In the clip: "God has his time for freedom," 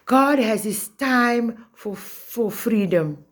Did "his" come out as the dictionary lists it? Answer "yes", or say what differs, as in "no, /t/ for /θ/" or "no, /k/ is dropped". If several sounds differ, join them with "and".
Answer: no, /s/ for /z/